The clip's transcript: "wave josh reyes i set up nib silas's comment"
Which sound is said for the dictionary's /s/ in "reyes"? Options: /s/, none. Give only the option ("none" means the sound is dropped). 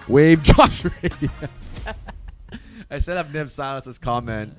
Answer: none